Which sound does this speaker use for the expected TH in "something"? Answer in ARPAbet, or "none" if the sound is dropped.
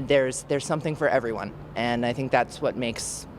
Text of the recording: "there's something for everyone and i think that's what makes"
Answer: TH